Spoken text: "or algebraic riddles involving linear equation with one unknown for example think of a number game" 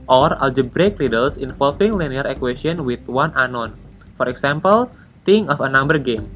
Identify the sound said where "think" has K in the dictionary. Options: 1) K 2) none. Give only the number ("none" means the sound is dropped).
2